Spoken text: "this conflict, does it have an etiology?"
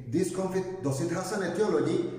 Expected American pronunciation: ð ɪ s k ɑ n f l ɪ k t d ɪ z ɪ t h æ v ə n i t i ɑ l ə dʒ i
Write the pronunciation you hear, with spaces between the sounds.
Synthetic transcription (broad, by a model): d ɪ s k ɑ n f ɪ t d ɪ s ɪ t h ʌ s ə n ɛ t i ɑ l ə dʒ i